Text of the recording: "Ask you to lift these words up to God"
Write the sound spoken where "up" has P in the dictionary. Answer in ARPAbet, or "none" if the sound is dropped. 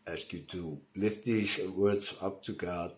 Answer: P